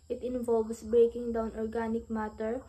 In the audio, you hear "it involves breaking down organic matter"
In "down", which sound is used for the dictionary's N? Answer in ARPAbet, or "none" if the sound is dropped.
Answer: N